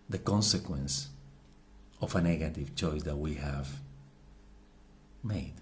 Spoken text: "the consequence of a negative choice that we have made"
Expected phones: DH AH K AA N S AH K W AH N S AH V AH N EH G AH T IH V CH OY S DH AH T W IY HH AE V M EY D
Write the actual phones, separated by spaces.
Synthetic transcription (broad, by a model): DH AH K AA N S AH K W AH N S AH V AH N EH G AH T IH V CH OY S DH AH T W IY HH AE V M EY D